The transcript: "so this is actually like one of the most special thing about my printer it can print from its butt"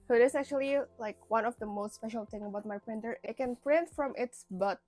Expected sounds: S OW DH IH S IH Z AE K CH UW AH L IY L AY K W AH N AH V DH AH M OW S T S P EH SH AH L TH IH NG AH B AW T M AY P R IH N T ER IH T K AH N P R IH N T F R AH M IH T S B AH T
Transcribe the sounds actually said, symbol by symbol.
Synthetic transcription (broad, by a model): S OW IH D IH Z AE K CH UW AH L IY L AY K W AH N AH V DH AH M OW S T S P EH SH AH L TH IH NG AH B AW T M AY P R IH N T ER IH T K AH N P R IH N T F R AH M IH T S B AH T